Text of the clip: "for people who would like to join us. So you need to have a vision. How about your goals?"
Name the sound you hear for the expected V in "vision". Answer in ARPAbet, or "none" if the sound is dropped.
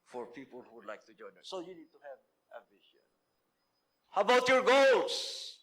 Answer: B